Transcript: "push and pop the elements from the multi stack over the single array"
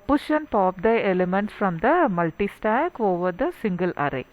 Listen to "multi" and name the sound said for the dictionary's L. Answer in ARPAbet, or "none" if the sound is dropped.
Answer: L